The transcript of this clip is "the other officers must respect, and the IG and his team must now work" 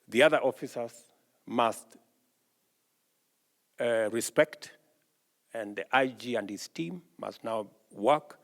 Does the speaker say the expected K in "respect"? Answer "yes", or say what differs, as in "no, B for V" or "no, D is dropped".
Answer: yes